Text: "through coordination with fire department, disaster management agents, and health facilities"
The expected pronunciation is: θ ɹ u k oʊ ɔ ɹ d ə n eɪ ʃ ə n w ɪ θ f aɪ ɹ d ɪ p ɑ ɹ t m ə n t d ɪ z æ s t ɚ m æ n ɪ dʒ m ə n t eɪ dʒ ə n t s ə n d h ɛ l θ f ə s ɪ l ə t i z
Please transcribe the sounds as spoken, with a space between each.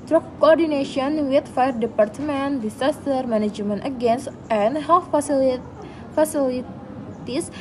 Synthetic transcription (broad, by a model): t ɹ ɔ k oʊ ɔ ɹ d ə n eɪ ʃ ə n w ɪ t f aɪ ɹ d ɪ p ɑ ɹ t m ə n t d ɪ s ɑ s t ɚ m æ n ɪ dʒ m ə n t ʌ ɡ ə n s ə n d h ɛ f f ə s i l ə t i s